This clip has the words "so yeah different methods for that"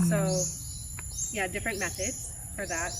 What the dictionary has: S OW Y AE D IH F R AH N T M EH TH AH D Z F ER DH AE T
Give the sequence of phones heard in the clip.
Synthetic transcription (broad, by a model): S OW Y AE D IH F R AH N M EH S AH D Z F ER DH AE T